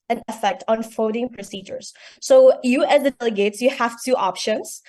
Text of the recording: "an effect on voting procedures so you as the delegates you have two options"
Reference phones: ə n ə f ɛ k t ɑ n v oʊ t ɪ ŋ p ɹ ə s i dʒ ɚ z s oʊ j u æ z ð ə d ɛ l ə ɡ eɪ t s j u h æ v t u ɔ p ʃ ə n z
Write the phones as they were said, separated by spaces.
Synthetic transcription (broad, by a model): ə n ə f ɛ k t ɑ n f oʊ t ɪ ŋ p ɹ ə s i dʒ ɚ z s oʊ j u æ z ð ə d ɛ l ə ɡ eɪ t s j u h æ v t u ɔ p ʃ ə n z